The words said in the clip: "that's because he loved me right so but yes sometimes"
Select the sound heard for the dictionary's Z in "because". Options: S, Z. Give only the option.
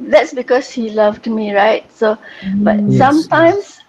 S